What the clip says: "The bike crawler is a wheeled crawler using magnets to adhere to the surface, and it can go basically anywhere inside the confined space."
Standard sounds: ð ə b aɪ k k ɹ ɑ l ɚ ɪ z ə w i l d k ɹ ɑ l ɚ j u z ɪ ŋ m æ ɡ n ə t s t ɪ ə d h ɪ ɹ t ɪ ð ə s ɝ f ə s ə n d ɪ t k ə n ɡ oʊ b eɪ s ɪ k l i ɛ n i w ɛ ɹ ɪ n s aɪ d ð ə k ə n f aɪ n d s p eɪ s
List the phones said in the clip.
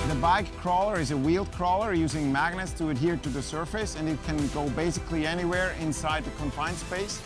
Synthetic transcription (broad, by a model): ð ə b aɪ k k ɹ ɑ l ɚ ɪ z ə w i l d k ɹ ɑ l ɚ j u z ɪ ŋ m æ ɡ n ə t s t ɪ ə d h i ɹ t ɪ ð ə s ɝ f ə s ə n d ɪ t k ə n ɡ oʊ b eɪ s ɪ k l i ɛ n i w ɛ ɹ ɪ n s aɪ d ð ə k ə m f aɪ n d s p eɪ s